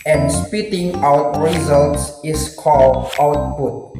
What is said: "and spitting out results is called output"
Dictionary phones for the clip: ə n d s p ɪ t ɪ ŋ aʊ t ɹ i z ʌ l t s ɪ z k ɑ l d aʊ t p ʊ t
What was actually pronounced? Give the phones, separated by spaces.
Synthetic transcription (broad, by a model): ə n s p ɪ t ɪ ŋ aʊ t ɹ i z ʌ l t s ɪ s k ɑ l d aʊ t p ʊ t